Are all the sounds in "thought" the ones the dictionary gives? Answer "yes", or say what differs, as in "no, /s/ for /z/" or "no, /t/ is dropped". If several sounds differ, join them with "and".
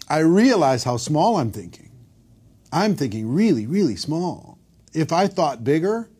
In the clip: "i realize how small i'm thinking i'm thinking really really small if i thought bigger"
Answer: yes